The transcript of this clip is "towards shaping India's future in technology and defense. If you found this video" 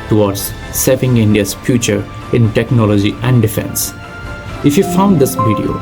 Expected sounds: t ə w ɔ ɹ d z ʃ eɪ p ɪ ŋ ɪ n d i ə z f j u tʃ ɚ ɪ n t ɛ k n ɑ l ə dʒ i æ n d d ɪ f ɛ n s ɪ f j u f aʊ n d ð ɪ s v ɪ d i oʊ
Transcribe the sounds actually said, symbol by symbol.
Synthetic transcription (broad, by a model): t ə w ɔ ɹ d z s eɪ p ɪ ŋ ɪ n d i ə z f j u tʃ ɚ ɪ n t ɛ k n ɑ l ə dʒ i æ n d d ɪ f ɛ n s ɪ f j u f aʊ n d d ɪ s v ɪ d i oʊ